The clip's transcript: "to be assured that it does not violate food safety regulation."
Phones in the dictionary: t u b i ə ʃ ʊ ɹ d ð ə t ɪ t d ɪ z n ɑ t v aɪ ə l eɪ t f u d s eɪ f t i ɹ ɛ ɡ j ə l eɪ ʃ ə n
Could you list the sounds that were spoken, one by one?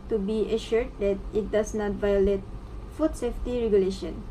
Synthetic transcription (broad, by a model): t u b i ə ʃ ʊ ɹ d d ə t ɪ t d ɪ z n ɑ t v aɪ ə l eɪ t f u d s eɪ f t i ɹ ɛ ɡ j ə l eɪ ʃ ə n